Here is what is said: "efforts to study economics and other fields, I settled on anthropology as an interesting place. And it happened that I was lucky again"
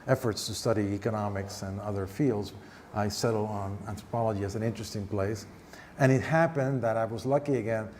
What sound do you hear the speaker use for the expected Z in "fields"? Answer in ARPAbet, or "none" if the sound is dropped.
Z